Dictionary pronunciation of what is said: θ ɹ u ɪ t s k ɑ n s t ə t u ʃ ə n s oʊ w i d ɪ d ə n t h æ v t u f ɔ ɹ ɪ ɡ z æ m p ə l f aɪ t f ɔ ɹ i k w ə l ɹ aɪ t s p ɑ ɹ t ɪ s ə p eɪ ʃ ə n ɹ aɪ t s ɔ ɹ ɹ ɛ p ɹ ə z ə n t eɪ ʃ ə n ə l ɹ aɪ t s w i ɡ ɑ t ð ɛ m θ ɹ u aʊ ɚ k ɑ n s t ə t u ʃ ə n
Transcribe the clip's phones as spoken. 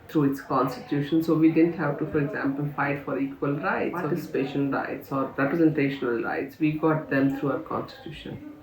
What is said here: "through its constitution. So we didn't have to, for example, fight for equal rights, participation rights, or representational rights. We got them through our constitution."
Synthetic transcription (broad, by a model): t ɹ u ɪ t s k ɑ n s t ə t u ʃ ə n s oʊ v i d ɪ d ə n t h æ v t u f ɔ ɹ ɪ ɡ z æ m p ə l f aɪ t f ɔ ɹ i k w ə l ɹ aɪ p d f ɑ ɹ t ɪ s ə p eɪ ʃ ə n ɹ aɪ t s ɔ ɹ ɹ ɛ p ɹ ə z ə n t eɪ ʃ ə n ə l ɹ aɪ t s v i ɡ ɑ t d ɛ m t ɹ u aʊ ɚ k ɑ n s t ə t u ʃ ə n